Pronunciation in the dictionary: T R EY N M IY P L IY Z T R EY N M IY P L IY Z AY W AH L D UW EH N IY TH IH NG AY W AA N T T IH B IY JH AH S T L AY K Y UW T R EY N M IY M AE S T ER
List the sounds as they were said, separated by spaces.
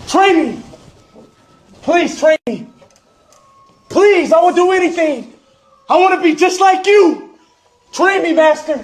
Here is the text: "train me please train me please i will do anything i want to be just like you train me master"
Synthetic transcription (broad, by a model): T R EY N M IY P L IY Z T R EY N M IY P L IY Z AY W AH N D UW EH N IY TH IH NG AY W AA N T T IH B IY JH AH S T L AY K Y UW T R EY N M IY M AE S T ER